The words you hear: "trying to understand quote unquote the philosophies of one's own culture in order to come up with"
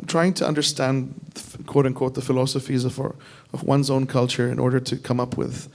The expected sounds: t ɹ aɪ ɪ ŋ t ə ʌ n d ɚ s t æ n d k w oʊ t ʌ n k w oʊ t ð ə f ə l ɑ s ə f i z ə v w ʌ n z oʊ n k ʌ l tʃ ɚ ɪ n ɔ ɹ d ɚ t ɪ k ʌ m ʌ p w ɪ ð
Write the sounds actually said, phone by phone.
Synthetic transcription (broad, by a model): t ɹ aɪ ɪ ŋ t ə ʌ n d ɚ s t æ n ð k w oʊ t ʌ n k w oʊ t ð ə f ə l ɑ s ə f i z ə v w ʌ n z oʊ n k ʌ l tʃ ɚ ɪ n ɔ ɹ d ɚ t ɪ k ʌ m ʌ p w ɪ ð